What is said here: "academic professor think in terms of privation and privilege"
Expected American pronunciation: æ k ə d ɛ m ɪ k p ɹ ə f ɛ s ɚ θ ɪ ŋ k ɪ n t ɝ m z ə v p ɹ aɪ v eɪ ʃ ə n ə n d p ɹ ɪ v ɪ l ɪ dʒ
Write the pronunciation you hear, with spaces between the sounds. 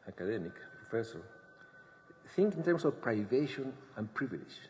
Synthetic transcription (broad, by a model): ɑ k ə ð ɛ m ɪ k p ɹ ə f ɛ s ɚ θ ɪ ŋ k ɪ n t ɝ m s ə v p ɹ aɪ v eɪ ʃ ə n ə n p ɹ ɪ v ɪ l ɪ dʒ